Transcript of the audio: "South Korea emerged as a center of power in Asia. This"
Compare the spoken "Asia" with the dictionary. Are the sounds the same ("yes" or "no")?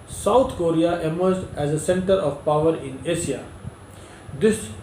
no